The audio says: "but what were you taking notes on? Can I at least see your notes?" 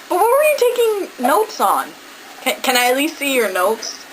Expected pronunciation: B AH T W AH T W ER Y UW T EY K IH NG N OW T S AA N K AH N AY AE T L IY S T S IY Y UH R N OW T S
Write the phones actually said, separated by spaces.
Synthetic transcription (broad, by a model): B AH T W AH T W ER Y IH T EY K IH NG N OW T S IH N K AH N AY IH T L IY S T S IY Y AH R N OW T S